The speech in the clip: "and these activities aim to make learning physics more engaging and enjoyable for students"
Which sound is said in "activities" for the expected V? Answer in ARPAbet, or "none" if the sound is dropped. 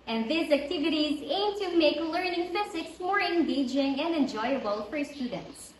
V